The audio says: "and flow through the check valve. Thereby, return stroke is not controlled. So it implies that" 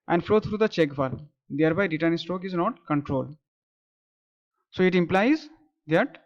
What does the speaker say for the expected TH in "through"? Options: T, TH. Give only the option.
T